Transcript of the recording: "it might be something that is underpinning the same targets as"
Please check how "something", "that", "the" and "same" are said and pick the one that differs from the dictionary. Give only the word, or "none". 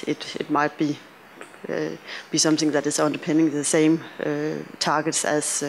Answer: none